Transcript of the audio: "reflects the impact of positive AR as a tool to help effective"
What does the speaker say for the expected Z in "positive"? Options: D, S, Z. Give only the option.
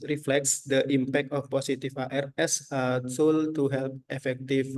S